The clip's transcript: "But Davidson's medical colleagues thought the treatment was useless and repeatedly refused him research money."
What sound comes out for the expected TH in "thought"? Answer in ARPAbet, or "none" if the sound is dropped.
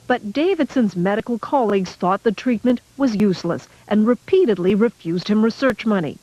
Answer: TH